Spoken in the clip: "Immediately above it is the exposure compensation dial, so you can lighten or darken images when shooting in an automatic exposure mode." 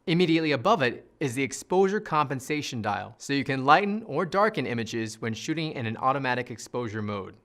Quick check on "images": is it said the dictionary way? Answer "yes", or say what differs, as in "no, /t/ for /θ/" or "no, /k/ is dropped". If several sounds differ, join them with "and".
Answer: yes